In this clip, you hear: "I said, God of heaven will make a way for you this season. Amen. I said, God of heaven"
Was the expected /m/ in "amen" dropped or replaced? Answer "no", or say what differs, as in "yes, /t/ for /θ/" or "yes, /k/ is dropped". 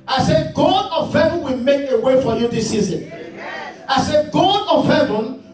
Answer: yes, /m/ is dropped